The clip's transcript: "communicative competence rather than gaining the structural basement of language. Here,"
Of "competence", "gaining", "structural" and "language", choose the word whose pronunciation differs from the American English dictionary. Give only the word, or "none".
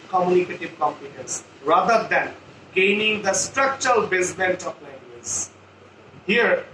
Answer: language